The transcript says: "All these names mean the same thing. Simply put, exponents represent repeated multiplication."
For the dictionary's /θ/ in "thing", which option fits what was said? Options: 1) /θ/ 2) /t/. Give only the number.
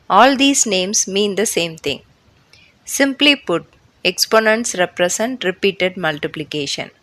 2